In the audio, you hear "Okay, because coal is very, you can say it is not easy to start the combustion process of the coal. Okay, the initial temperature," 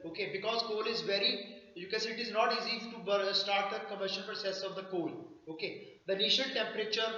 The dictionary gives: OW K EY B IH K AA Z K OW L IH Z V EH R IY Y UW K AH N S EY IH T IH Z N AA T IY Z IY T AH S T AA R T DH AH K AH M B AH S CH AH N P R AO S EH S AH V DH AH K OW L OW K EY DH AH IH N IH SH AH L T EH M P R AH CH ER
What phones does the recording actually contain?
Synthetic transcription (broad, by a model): OW K EY B IH K AA Z K OW L IH Z V EH R IY Y UW K AH N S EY IH T IH Z N AA T IY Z IY T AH S T AA R T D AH K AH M AH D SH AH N P R AO S EH S AH V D AH K OW L OW K EY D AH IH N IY SH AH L T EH M P R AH CH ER